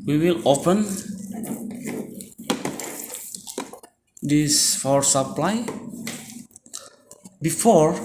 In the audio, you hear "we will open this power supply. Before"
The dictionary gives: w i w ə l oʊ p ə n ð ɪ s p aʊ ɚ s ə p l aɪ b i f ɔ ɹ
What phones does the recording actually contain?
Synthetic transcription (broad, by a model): w i w ə l oʊ p ə n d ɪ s f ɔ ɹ s ə p l aɪ b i f ɔ ɹ